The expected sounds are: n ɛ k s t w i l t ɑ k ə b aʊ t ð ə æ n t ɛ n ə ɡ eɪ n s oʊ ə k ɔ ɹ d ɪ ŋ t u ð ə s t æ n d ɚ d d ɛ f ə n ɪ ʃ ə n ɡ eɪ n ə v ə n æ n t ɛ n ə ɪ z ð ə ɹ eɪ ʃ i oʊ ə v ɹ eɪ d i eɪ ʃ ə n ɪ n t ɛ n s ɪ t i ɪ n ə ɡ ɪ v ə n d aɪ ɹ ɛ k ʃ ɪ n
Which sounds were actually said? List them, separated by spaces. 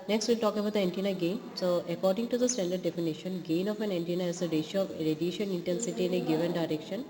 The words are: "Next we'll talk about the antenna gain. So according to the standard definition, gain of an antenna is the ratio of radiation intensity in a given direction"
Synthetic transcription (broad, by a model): n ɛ k s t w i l t ɑ k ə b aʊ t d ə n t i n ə ɡ eɪ n s oʊ ə k ɔ ɹ d ɪ ŋ t u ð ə s t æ n d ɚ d d ɛ f ə n ɪ ʃ ə n ɡ eɪ n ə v ə n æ n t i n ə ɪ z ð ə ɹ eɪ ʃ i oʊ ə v ɹ eɪ d i eɪ ʃ ə n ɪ n t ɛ n s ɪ t i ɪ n ə ɡ ɪ v ə n d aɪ ɹ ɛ k ʃ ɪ n